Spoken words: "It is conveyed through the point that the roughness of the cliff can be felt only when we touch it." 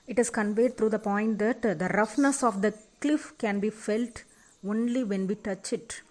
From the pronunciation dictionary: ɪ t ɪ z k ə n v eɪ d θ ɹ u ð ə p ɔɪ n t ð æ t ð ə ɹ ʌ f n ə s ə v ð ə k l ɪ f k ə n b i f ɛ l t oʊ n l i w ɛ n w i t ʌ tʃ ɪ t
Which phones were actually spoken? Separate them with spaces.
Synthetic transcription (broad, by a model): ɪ t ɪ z k ə n v eɪ d t ɹ u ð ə p ɔɪ n t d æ t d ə ɹ ʌ f n ə s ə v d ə k l ɪ f k ə n b i f ɛ l t oʊ n l i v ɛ n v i t ʌ tʃ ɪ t